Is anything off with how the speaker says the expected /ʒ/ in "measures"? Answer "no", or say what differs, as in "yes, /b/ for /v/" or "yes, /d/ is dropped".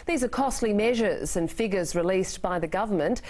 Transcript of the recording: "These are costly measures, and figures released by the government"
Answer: no